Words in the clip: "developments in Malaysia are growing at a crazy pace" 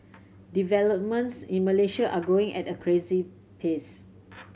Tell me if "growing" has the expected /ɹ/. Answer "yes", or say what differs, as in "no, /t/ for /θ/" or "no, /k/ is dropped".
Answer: no, /ɹ/ is dropped